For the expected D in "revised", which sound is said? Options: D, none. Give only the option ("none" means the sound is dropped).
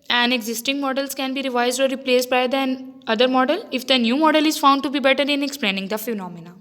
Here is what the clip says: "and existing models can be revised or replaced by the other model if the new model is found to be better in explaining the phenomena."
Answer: D